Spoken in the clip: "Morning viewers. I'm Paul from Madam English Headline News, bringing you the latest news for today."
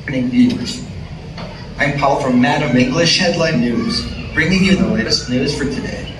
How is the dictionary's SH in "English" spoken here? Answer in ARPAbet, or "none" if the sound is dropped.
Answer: SH